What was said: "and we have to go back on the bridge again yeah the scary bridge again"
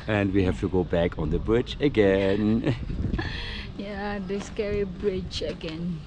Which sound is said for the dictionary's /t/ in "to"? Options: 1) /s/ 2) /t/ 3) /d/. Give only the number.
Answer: 2